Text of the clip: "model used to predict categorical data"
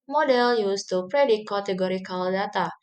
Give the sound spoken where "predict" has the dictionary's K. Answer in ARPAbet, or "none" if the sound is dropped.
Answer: none